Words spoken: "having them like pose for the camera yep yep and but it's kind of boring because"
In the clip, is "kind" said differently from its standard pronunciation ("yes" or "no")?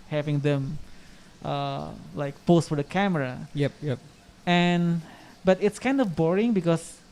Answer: no